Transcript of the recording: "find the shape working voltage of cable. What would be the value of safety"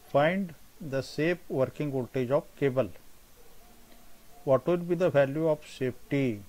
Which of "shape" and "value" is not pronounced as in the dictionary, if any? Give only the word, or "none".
shape